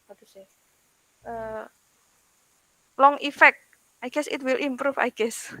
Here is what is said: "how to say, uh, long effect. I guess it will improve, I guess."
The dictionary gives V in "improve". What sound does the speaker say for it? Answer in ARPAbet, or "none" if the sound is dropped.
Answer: F